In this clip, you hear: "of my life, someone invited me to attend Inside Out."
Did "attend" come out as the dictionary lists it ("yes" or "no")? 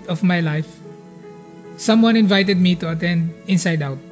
yes